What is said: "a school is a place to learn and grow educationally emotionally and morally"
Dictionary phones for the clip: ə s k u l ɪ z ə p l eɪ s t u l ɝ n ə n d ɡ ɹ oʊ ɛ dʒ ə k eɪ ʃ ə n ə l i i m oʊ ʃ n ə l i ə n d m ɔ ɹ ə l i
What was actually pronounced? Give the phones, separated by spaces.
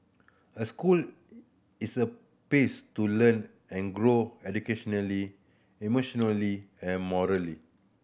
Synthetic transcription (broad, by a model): ə s k u l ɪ s ə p eɪ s t u l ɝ n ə n ɡ ɹ oʊ ɛ dʒ ə k eɪ ʃ ə n ə l i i m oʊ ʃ n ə l i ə n m ɔ ɹ ə l i